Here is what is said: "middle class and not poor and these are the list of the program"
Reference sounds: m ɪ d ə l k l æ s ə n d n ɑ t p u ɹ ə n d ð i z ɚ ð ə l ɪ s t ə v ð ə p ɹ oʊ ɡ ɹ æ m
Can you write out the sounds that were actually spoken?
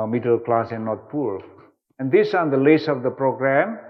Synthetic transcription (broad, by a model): m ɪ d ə l k l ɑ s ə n n ɑ t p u l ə n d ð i s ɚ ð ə l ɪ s ə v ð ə p ɹ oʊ ɡ ɹ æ m